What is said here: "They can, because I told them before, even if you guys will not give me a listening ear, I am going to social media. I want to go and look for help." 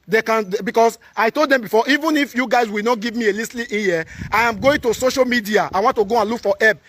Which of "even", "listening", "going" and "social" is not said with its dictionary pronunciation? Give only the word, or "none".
listening